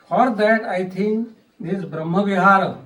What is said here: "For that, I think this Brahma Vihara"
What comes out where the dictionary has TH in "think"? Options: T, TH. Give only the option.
T